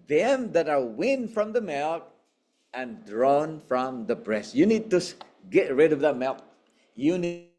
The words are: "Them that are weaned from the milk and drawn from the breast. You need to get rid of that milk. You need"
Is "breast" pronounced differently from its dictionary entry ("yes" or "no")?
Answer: no